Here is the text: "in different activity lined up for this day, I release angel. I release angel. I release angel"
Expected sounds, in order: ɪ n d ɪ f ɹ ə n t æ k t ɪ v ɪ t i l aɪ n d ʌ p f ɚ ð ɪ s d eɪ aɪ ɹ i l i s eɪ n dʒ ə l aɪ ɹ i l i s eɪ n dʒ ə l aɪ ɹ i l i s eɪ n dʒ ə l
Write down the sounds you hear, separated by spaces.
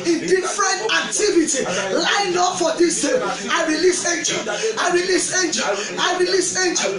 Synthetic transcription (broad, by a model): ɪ n d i f ɹ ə n t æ k t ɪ v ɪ t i l aɪ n ʌ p f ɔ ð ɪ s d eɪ aɪ ɹ i l i s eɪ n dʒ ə aɪ ɹ i l i s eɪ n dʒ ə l aɪ ɹ i l i s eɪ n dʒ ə